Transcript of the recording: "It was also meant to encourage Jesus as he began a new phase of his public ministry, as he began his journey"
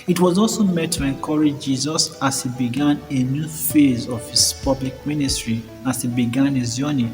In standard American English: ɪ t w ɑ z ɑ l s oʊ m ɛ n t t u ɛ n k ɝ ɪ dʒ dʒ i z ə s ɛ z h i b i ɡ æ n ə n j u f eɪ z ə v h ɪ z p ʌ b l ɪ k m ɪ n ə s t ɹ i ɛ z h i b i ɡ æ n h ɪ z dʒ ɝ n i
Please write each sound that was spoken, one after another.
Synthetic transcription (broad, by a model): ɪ t w ɑ z ɑ l s oʊ m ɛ t t u ɛ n k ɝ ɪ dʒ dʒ i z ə s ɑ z h i b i ɡ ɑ n ə n j u f eɪ z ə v h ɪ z p ʌ b l ɪ k m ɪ n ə s t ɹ i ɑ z h i b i ɡ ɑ n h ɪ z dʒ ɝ n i